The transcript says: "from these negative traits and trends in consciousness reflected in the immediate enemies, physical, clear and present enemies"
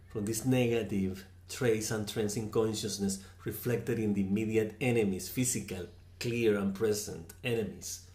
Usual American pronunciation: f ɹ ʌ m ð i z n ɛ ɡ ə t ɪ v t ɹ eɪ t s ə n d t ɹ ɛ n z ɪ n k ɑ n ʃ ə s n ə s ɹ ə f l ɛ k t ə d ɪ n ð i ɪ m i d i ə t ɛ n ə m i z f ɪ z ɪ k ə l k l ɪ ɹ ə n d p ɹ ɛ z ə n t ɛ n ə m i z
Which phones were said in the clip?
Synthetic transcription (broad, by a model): f ɹ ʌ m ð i s n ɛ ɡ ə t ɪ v t ɹ eɪ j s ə n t ɹ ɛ n s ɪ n k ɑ n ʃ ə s n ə s ɹ ə f l ɛ k t ə d ɪ n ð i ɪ m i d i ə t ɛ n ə m i s f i s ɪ k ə l k l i ɹ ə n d p ɹ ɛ s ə n t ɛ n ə m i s